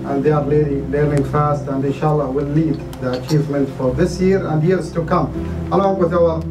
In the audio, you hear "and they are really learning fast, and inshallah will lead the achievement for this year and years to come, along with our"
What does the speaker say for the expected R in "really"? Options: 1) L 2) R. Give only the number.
1